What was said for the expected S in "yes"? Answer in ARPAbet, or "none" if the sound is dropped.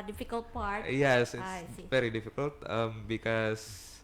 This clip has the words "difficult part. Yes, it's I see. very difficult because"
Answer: S